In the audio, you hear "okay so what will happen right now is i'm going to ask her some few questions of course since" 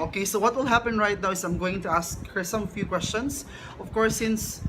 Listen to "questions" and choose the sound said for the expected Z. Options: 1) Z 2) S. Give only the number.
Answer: 2